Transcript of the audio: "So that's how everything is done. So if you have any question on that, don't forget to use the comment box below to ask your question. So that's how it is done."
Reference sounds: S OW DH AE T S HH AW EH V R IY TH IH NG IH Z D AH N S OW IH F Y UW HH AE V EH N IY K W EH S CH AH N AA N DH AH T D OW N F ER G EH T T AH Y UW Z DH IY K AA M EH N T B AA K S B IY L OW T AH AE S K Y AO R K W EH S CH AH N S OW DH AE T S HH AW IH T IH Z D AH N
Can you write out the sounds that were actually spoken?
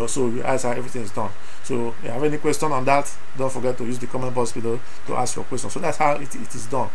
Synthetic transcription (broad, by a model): S OW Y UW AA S HH AW EH V R IY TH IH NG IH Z D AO N S OW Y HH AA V EH N IY K W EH S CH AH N AA N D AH T D OW N F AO G EH T T AH Y UW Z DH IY K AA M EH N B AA S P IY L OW T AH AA S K Y AO K W EH S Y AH N S OW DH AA T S HH AW IH T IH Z D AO N